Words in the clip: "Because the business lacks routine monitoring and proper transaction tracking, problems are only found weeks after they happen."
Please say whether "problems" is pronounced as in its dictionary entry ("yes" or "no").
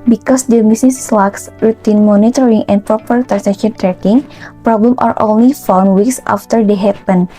no